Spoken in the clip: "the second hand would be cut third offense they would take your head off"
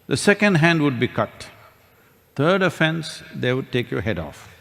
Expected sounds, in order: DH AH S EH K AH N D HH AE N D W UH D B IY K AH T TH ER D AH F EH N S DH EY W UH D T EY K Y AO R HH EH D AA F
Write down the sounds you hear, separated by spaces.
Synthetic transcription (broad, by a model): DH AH S EH K AH N D HH AE N D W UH D B IY K AH T T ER D AH F EH N S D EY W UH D T EY K Y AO HH EH D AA F